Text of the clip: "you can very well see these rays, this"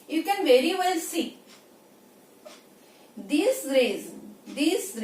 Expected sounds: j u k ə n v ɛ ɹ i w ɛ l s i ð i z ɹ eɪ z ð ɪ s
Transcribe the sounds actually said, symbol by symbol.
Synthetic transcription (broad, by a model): j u k ə n v ɛ ɹ i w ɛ l s i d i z ɹ eɪ z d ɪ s